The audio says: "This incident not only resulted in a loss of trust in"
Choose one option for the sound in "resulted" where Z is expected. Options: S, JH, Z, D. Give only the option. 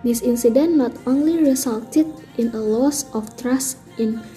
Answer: S